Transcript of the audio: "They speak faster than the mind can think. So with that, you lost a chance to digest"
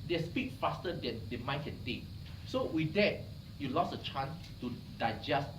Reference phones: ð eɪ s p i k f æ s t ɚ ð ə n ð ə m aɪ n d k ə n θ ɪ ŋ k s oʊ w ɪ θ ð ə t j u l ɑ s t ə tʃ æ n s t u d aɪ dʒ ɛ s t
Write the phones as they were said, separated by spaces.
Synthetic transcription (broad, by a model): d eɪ s p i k f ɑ s t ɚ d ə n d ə m aɪ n k ə n t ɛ k s oʊ w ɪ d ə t j u l ɑ s ə tʃ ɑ n s t u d aɪ dʒ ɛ s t